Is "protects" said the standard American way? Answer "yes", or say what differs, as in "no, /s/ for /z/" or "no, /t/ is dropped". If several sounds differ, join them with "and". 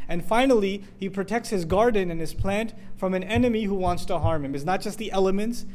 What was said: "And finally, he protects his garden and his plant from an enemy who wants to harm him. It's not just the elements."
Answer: yes